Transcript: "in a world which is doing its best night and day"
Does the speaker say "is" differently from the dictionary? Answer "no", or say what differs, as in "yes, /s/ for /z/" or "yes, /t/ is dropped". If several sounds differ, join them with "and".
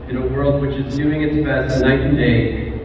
no